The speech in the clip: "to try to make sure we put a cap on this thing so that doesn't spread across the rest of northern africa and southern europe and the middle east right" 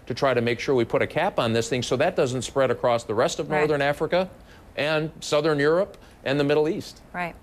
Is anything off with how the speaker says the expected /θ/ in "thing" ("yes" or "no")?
no